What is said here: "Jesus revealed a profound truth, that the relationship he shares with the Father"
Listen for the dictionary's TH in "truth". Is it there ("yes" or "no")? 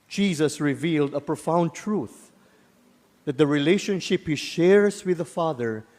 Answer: yes